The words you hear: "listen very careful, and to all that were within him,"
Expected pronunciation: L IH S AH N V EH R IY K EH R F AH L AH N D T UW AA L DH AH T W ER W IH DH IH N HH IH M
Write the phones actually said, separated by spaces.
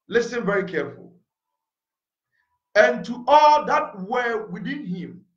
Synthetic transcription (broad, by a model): L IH S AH N V EH R IY K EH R F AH L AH N T UW AA L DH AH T W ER W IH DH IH N HH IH M